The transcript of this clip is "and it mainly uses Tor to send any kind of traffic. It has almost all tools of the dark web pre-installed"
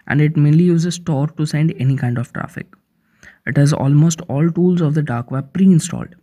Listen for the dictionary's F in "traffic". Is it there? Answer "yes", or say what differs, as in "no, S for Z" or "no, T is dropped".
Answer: yes